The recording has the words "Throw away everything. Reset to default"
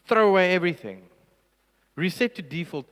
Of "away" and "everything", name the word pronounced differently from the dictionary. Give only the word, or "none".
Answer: none